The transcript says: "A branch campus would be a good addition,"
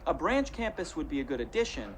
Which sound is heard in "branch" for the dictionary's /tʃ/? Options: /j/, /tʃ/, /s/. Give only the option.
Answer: /tʃ/